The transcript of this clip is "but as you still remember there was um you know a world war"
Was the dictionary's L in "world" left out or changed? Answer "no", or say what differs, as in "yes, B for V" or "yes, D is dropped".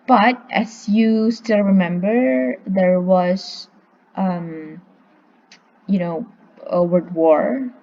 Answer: yes, L is dropped